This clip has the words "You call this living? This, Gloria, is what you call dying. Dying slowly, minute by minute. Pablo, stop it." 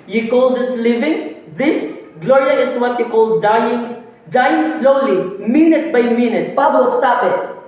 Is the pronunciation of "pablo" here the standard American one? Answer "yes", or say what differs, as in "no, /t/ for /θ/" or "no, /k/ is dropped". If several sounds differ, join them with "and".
no, /l/ is dropped